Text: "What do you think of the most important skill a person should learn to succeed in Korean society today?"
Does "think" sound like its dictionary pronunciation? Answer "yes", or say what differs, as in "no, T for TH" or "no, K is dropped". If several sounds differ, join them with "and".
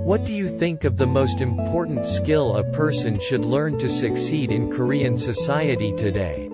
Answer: yes